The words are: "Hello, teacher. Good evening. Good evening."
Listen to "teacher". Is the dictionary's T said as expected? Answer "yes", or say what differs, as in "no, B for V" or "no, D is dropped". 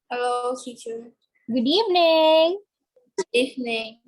no, S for T